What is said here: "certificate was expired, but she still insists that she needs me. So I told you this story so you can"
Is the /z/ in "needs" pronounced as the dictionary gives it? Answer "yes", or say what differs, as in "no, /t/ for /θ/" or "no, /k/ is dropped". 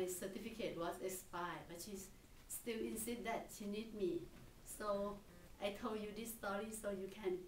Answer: no, /z/ is dropped